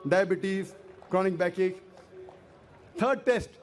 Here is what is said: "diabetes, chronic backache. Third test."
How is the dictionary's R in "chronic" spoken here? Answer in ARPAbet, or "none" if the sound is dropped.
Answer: R